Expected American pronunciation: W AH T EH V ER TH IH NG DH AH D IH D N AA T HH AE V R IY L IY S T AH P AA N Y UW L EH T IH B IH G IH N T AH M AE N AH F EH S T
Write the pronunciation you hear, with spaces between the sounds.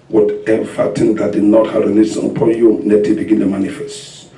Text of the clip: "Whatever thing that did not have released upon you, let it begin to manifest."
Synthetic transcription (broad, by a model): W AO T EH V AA T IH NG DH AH D IH D N AA T HH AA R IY N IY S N AH P AA N Y UW N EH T IH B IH G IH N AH M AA N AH F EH S T